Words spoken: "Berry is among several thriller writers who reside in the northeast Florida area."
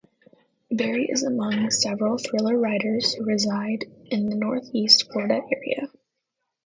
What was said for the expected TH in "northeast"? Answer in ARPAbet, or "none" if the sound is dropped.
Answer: TH